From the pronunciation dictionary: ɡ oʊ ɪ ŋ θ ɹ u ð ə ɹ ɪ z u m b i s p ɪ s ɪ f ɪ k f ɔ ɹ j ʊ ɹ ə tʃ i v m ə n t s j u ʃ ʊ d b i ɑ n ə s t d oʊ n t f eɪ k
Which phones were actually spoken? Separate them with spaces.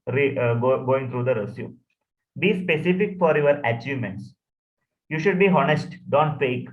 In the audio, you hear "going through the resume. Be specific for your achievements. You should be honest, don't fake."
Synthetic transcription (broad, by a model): ɡ oʊ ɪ ŋ t ɹ u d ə ɹ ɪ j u b i s p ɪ s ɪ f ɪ k f ɔ ɹ j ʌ ɹ ə tʃ i v m ə n t s j u ʃ ʊ d b i ɑ n ə s t d oʊ n t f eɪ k